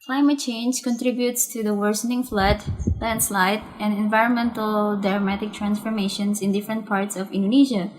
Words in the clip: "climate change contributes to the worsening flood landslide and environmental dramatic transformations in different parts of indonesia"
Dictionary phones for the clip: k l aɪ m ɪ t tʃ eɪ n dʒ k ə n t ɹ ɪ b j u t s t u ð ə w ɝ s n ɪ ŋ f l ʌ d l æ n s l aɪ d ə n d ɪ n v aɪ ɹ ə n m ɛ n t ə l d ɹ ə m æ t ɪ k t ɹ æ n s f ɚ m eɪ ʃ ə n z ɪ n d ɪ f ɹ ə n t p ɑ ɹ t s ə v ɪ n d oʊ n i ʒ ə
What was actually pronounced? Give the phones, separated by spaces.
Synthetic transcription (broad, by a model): k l aɪ m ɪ t tʃ eɪ n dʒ k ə n t ɹ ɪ b j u t s t u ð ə w ɝ s n ɪ ŋ f l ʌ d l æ n s l aɪ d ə n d ɪ n v aɪ ɹ ə n m ɛ n t ə l d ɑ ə m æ t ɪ k t ɹ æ n s f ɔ m eɪ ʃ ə n s ɪ n d ɪ f ɹ ə n t p ɑ ɹ t s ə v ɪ n d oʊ n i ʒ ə